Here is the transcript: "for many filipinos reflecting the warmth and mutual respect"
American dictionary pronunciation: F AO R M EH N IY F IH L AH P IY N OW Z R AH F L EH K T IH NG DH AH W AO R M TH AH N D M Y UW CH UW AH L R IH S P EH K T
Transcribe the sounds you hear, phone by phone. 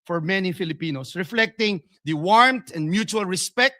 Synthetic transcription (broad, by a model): F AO R M EH N IY F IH L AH P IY N OW S R AH F L EH K T IH NG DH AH W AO R M T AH N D M Y UW CH UW AH L R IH S P EH K T